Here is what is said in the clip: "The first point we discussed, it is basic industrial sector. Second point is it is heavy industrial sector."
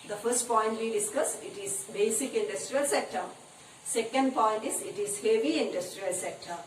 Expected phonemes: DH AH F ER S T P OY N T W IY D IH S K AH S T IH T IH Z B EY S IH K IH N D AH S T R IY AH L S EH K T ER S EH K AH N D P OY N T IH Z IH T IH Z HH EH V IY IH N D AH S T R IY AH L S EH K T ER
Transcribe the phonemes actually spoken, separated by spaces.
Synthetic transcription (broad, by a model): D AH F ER S T P OY N T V IY D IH S K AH S IH T IH Z B EY S IH K IH N D AH S T R IY AH L S EH K T ER S EH K AH N D P OY N T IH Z IH T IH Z HH EH V IY IH N D AH S T R IY AH L S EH K T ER